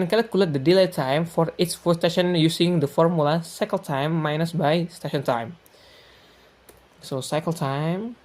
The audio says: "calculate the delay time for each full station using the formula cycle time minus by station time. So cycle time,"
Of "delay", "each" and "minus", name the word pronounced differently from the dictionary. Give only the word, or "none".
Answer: each